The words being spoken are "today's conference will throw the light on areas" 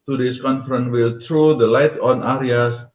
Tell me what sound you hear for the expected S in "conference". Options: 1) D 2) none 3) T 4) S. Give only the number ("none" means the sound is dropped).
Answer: 2